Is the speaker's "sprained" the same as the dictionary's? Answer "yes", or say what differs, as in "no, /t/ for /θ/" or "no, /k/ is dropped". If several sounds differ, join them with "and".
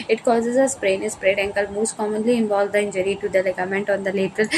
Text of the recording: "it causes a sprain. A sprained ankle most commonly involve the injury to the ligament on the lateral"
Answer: no, /n/ is dropped